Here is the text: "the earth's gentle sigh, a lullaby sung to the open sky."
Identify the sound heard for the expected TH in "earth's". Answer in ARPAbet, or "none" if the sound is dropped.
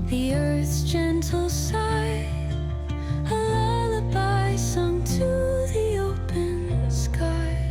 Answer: TH